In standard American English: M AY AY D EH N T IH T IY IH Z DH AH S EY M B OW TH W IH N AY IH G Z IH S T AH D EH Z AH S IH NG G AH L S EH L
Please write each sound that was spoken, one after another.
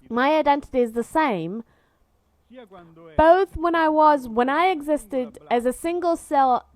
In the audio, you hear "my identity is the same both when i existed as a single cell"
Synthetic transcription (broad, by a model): M AY AY D EH N T IH T IY IH Z DH AH S EY M B OW TH W IH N AY IH G Z IH S T AH D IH Z AH S IH NG G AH L S EH L